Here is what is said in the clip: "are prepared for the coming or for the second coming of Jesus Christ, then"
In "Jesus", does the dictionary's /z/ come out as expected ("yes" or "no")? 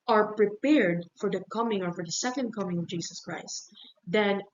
no